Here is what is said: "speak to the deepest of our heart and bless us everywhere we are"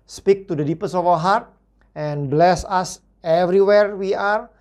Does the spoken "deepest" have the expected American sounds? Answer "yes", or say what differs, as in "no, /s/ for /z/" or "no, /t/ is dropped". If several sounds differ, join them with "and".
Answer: no, /t/ is dropped